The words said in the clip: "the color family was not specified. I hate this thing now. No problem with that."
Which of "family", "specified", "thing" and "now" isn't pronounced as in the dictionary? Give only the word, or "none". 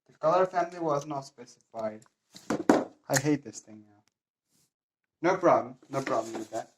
none